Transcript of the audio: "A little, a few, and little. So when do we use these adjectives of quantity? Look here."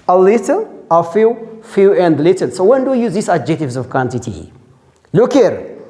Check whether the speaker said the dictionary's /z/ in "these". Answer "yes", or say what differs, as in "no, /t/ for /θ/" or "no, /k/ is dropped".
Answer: no, /s/ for /z/